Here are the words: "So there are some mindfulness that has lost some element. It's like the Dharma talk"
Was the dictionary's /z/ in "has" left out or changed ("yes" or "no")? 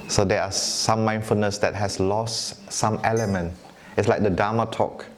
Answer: yes